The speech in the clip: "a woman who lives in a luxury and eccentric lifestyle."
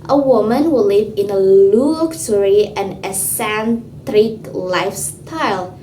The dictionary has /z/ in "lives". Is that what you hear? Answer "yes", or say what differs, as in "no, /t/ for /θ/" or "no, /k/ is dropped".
no, /z/ is dropped